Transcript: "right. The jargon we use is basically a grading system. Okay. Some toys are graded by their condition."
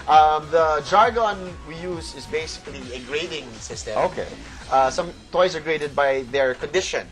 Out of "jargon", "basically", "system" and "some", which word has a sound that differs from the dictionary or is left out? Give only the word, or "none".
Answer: system